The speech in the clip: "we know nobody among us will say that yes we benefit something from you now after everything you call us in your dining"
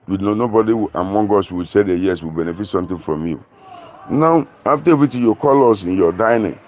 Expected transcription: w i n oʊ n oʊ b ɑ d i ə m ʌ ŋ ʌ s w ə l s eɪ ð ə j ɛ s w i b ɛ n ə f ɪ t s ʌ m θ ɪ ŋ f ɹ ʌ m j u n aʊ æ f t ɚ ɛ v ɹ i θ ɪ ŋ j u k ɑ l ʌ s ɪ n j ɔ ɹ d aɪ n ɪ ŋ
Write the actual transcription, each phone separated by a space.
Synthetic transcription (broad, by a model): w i n oʊ n oʊ b ɑ d i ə m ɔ ŋ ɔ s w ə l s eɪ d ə j ɛ s w i b ɛ n ə f ɪ t s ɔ m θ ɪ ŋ f ɹ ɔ m j u n aʊ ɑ f t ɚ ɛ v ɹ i t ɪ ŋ j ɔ k ɑ l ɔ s ɪ n j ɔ d aɪ n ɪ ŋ